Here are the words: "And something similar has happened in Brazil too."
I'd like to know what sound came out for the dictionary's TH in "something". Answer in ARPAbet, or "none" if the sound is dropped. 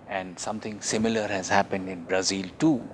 T